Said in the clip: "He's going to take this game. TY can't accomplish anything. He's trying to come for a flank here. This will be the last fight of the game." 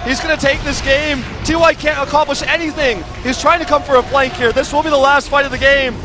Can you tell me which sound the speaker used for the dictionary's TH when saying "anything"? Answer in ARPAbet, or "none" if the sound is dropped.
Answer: TH